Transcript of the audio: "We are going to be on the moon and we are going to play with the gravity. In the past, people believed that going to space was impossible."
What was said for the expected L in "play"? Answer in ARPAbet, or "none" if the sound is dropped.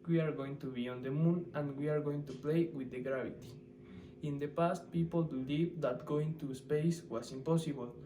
L